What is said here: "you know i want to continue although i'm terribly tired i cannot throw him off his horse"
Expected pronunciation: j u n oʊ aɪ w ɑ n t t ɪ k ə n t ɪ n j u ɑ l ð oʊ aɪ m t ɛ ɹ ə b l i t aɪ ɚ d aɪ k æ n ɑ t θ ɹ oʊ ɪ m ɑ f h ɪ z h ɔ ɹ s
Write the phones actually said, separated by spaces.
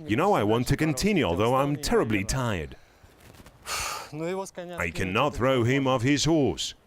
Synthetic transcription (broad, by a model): j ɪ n oʊ aɪ w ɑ n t t ɪ k ə n t ɪ n j u ɑ l ð oʊ aɪ m t ɛ ɹ ə b l i t aɪ ɚ d aɪ k æ n ɑ t θ ɹ oʊ ɪ m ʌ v ɪ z h ɔ ɹ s